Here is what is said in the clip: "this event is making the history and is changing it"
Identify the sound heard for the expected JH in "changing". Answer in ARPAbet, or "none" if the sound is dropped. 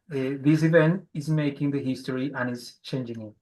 JH